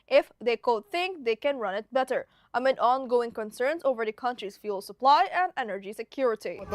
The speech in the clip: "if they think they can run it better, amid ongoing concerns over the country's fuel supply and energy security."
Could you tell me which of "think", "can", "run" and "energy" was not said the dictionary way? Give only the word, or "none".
none